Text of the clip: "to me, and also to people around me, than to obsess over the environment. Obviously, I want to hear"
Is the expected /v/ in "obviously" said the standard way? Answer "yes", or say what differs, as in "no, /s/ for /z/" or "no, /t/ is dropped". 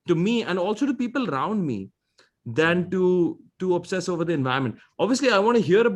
yes